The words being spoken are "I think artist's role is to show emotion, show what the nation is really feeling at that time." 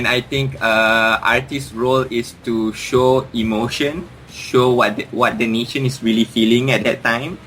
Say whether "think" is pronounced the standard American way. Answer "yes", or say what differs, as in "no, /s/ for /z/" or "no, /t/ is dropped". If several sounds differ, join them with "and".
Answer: no, /t/ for /θ/